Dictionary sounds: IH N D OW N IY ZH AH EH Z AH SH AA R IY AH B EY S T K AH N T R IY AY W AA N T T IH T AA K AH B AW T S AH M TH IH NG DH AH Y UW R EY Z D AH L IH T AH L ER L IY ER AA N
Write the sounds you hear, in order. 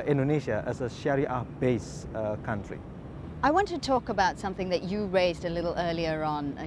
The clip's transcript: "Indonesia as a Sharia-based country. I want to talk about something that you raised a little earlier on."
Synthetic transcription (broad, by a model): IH N D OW N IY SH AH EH S AH SH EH R IY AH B EY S K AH N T R IY AY W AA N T T IH T AA K AH B AW T S AH M TH IH NG DH AH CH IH R EY Z D AH L IH T L ER L IY ER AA N